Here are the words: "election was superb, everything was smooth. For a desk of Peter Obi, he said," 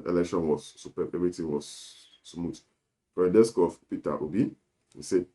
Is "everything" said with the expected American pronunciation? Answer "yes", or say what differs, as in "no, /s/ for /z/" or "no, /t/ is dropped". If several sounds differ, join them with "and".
no, /t/ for /θ/